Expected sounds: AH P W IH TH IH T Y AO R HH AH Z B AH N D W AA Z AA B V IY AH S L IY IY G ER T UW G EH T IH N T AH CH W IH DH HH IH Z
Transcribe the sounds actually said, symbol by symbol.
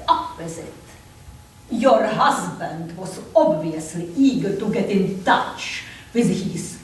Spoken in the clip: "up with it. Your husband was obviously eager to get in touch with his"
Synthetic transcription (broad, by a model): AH P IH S IH T Y AO R HH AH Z B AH N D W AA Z AA B V IY AH S L IY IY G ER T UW G EH T IH N T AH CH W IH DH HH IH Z